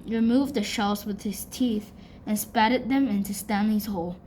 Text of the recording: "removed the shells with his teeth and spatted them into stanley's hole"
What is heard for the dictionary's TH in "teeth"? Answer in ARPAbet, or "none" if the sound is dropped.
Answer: TH